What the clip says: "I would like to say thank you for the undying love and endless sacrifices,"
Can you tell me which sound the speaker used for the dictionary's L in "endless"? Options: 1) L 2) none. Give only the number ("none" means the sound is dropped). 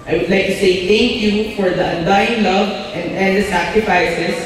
2